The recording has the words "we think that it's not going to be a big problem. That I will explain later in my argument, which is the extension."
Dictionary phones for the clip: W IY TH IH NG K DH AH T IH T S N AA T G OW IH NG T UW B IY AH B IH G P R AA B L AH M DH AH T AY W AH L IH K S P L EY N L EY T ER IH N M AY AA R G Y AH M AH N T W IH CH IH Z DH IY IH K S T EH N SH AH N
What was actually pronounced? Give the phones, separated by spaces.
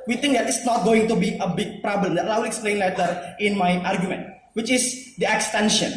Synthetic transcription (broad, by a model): W IY T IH NG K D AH T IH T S N AA T G OW IH NG T UW B IY AH B IH G P R AA B L AH M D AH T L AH W IH K S P L EY N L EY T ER IH N M AY AA R G Y AH M AH N T W IH CH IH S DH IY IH K S T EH N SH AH N